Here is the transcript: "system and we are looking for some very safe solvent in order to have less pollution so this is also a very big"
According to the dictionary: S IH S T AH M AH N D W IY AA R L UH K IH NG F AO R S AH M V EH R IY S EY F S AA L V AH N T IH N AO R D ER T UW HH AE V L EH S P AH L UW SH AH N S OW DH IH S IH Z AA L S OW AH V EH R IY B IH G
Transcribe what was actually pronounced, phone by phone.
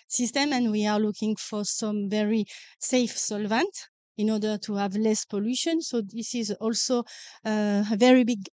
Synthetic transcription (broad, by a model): S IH S T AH M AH N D W IY AA R L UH K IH NG F AO R S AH M V EH R IY S EY F S AA L V AH N T IH N AO R D ER T UW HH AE V L EH S P AH L UW SH AH N S OW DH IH S IH Z AA L S OW AH V EH R IY B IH G